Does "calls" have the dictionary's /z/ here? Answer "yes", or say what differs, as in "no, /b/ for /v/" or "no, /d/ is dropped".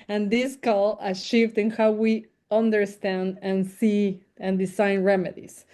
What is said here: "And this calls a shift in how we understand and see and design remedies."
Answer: no, /z/ is dropped